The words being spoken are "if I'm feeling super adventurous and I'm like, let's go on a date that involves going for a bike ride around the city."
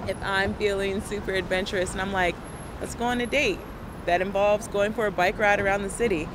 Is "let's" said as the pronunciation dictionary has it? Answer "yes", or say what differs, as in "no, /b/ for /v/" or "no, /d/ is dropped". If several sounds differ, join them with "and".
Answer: no, /w/ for /l/